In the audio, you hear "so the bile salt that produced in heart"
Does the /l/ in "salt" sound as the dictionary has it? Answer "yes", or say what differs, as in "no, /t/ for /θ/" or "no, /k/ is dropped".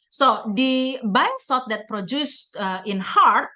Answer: no, /l/ is dropped